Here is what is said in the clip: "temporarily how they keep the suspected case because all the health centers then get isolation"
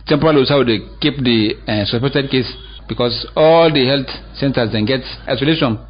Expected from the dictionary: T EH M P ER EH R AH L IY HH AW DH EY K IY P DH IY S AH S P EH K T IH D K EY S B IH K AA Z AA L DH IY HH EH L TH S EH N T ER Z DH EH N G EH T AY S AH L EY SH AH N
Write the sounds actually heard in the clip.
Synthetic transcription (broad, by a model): T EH M P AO R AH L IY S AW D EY K IY P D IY S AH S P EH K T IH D K EY S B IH K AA S AA L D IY HH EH L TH S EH N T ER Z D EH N G EH T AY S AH L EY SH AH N